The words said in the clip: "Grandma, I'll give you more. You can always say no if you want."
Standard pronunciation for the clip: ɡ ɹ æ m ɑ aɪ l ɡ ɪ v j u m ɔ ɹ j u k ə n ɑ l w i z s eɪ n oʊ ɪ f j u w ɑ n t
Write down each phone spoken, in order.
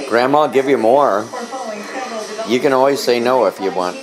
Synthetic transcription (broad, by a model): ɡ ɹ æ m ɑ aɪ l ɡ ɪ v j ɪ m ɔ ɹ j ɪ k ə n ɑ l w i z s eɪ n oʊ ɪ f j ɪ w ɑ n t